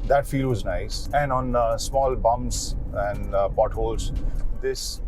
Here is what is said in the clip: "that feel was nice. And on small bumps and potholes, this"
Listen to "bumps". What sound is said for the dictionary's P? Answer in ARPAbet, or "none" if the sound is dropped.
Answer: none